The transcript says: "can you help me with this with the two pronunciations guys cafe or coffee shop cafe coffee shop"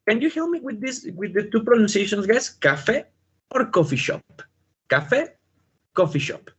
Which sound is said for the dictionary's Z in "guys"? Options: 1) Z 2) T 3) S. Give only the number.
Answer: 3